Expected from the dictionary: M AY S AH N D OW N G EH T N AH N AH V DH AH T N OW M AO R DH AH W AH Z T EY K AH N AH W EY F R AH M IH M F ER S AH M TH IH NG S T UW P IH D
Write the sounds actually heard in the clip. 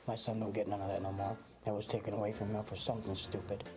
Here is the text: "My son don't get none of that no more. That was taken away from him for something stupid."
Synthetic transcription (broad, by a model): M AY S AH N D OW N G EH T N AH N AH V DH AH T N OW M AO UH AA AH W AH Z T EY K AH N AH W EY F R AH M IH F ER S AH M TH IH NG S T UW P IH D